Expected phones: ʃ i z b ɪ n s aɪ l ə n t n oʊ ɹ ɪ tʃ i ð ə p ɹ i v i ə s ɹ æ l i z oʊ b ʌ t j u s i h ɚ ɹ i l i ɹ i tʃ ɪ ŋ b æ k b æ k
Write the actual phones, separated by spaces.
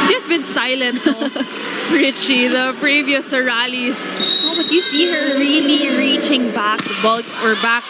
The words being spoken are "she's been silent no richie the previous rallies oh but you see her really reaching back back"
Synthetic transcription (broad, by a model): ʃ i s b ɪ n s aɪ l ə n t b ɹ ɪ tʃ i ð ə p ɹ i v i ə s ɹ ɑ l i s oʊ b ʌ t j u s i h ɚ ɹ i l i ɹ i tʃ ɪ ŋ b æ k b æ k